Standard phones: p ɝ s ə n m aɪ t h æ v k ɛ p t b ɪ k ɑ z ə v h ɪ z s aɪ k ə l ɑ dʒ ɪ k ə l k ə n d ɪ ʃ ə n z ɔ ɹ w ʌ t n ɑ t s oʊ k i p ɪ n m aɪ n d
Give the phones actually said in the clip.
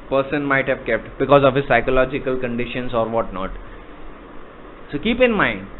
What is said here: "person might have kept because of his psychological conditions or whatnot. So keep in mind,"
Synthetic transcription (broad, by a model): p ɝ s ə n m aɪ t h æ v k ɛ p t b ɪ k ɑ z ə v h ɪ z s aɪ k ə l ɑ dʒ ɪ k ə l k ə n d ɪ ʃ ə n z ɔ ɹ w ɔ t n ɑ t s oʊ k i p ɪ n m aɪ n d